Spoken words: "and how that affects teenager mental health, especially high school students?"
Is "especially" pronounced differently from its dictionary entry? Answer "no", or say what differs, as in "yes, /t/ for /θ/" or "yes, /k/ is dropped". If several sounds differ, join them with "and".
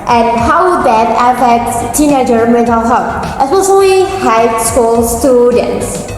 yes, /s/ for /ʃ/